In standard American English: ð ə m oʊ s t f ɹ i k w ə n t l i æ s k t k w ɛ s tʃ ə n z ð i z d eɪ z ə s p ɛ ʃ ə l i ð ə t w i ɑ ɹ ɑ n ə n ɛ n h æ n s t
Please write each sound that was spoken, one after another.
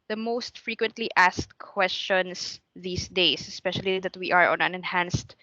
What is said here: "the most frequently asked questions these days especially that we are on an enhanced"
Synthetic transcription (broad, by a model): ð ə m oʊ s t f ɹ i k w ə n t l i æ s k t k w ɛ s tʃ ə n s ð i s d eɪ s ə s p ɛ ʃ ə l i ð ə t w i ɑ ɹ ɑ n ə n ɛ n h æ n s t